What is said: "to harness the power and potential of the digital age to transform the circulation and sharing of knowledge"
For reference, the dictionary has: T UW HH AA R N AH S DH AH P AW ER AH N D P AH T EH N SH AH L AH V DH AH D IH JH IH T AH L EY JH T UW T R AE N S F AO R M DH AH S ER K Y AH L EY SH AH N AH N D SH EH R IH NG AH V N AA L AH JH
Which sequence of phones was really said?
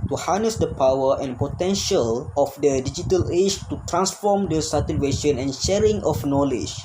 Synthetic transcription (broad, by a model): T UW HH AA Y N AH S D AH P AW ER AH N P AH T EH N SH AH L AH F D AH D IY JH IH T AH L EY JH T UW T R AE N S F AO M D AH S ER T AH W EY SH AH N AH N SH EH R IH NG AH F N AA L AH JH